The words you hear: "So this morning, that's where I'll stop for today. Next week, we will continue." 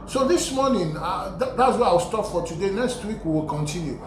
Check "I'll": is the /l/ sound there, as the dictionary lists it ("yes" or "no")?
no